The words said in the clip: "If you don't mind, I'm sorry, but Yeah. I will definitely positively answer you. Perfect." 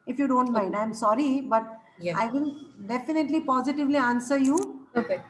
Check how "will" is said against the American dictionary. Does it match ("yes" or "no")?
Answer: no